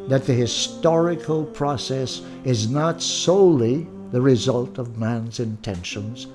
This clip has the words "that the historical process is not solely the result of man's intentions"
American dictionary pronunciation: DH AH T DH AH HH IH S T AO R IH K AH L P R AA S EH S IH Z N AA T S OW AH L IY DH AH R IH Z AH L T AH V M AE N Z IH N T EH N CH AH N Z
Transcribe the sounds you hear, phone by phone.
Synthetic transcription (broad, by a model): DH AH T DH AH HH IH S T AO R IH K AH L P R AA S EH S IH Z N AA T S OW AH L IY DH AH R IH Z AH L T AH V M AE N Z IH N T EH N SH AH N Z